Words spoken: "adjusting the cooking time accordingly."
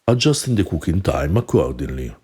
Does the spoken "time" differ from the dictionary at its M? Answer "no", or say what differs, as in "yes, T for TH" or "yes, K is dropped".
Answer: no